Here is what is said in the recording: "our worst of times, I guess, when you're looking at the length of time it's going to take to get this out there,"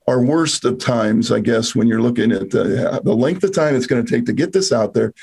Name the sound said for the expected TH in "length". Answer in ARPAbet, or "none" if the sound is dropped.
TH